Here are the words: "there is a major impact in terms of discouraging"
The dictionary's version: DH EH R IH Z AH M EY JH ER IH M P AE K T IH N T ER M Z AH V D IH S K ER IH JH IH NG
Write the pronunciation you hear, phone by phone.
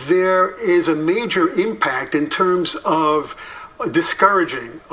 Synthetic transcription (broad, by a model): DH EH R IH Z AH M EY JH ER IH M P AE K T IH N T ER M Z AH V D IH S K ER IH JH IH NG